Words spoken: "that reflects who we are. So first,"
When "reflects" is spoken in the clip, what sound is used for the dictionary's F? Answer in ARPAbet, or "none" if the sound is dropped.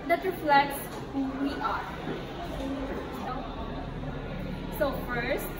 F